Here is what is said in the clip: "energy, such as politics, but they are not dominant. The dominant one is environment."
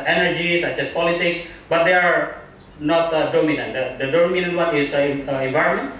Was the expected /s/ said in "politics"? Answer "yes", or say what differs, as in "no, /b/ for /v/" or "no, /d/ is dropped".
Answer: yes